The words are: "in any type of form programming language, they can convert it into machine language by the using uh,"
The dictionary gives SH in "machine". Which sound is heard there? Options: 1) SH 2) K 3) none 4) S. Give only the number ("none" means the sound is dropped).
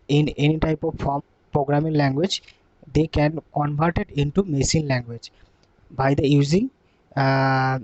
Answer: 4